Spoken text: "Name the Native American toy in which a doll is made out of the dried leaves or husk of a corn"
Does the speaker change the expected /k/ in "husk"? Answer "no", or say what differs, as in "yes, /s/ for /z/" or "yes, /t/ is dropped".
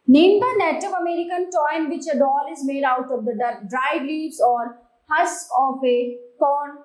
yes, /k/ is dropped